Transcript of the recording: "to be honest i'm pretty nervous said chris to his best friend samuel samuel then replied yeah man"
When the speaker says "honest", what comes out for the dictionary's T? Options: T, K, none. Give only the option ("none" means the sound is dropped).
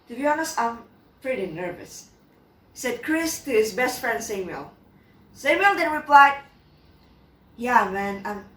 none